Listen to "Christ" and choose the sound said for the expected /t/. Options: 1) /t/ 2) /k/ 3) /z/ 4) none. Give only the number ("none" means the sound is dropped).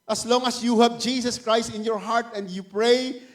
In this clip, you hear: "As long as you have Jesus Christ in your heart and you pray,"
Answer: 1